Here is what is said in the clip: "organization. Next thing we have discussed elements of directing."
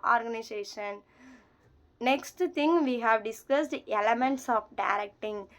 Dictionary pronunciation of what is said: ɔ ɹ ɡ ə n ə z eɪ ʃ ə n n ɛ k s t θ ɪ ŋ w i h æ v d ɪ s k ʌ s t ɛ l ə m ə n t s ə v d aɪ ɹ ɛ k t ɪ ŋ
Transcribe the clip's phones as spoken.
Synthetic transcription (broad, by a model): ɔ ɹ ɡ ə n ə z eɪ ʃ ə n n ɛ k s t t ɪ ŋ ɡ i h æ v d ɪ s k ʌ s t ɛ l ə m ə n t s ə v d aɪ ɹ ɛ k t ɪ ŋ